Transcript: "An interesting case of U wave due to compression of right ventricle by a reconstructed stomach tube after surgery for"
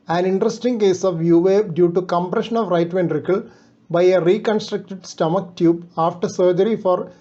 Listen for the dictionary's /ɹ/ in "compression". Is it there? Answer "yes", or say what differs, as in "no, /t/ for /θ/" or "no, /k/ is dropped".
yes